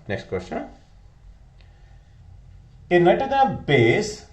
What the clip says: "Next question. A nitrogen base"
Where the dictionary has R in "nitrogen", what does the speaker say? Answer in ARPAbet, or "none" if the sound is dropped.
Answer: none